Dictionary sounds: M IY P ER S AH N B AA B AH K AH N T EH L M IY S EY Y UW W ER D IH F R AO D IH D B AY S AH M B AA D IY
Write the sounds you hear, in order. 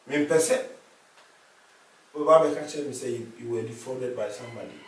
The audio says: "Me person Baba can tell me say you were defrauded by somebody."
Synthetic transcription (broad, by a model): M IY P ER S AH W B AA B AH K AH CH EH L M IY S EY Y UW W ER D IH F AO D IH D B AY S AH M B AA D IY